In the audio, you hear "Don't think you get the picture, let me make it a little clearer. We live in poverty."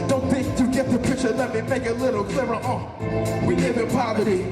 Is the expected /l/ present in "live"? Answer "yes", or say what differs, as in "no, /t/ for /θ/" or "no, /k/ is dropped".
no, /n/ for /l/